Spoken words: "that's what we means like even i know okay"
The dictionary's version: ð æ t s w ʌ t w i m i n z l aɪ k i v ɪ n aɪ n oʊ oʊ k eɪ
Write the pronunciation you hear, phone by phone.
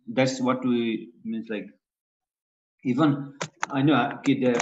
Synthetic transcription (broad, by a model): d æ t s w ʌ t w i m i n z l aɪ k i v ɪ n aɪ n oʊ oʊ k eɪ